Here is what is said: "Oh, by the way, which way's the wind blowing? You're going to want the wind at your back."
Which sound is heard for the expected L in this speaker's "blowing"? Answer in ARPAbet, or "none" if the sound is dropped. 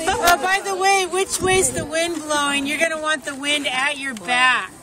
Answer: L